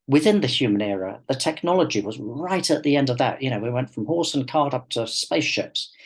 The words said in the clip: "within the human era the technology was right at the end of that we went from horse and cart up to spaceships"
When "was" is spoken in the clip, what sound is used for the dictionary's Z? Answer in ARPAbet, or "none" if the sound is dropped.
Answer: Z